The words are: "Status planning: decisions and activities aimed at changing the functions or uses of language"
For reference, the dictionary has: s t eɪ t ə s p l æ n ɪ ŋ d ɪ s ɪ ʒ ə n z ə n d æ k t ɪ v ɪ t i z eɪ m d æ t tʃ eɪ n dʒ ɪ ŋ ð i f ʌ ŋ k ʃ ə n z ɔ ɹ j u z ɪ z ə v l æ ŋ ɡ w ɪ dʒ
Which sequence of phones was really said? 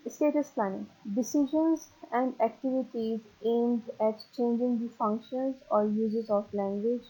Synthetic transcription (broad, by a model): s t eɪ t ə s p l æ n ɪ ŋ d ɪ s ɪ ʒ ə n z ə n d æ k t ɪ v ɪ t i z eɪ m d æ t tʃ eɪ n dʒ ɪ ŋ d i f ʌ ŋ k ʃ ə n z ɔ ɹ j u z ɪ z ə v l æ ŋ ɡ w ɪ dʒ